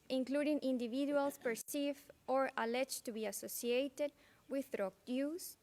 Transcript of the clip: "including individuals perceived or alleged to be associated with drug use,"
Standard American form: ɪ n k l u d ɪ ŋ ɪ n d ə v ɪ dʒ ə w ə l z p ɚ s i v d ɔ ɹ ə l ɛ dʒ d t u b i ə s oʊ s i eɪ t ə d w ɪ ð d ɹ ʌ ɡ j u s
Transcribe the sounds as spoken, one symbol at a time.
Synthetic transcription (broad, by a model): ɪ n k l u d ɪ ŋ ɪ n d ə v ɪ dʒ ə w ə l s p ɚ s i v ɔ ɹ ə l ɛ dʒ t u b i ə s oʊ s i eɪ t ə d w ɪ ð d ɹ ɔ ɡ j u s